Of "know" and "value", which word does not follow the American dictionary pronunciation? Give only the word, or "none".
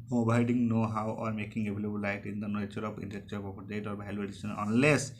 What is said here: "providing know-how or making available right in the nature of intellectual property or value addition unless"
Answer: value